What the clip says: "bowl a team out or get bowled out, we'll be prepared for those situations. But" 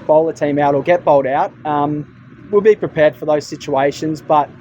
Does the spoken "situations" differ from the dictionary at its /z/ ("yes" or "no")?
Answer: no